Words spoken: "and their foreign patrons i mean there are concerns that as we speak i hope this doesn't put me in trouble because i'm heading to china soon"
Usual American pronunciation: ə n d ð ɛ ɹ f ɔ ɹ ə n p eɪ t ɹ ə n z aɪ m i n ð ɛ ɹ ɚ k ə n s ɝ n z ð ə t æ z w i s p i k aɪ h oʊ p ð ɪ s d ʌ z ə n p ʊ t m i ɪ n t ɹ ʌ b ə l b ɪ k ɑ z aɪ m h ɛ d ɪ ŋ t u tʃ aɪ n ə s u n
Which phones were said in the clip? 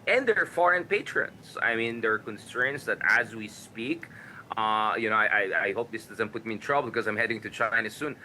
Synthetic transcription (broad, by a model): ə n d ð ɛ ɹ f ɔ ɹ ə n p eɪ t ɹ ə n s aɪ m i n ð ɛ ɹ k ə n s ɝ n s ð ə t æ z w i s p i k aɪ h oʊ p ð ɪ s d ʌ z ə n p ʊ t m i ɪ n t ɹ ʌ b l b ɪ k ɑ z aɪ m h ɛ d ɪ ŋ t u tʃ aɪ n ə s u n